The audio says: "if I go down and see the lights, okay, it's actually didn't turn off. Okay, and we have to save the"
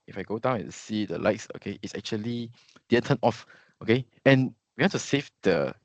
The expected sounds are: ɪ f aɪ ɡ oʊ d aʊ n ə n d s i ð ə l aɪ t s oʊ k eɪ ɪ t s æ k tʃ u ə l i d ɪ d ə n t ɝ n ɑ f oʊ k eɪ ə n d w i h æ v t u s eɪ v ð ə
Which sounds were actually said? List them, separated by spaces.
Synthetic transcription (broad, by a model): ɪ f aɪ ɡ oʊ d aʊ ə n s i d ə l aɪ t s oʊ k eɪ ɪ t s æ k tʃ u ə l i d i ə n t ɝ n ɑ f oʊ k eɪ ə n w i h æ t u s eɪ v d ə